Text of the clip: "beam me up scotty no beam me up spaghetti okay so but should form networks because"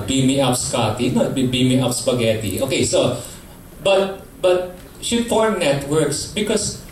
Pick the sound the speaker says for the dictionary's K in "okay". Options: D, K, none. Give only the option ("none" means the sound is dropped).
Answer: K